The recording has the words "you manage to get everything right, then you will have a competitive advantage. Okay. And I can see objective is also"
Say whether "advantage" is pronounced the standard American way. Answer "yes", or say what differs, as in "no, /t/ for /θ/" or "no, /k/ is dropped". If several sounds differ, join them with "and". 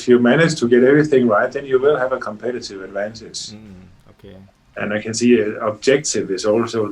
no, /s/ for /t/